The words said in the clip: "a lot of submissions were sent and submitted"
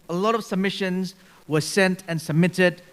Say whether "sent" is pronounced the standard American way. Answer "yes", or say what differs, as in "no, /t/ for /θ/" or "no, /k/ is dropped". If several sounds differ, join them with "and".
yes